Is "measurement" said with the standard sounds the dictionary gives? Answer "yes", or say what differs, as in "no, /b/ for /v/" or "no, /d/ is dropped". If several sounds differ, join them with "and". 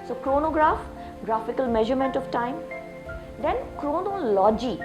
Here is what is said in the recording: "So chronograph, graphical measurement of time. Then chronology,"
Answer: yes